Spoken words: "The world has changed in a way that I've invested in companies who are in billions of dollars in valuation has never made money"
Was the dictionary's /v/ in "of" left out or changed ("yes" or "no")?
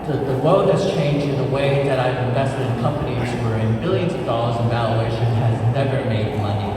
no